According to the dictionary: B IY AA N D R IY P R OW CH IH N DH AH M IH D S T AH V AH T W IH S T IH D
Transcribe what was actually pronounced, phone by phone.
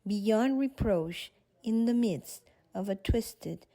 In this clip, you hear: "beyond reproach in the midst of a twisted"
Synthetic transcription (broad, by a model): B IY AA N D R IY P R OW CH IH N DH AH M IH D S T AH V AH T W IH S T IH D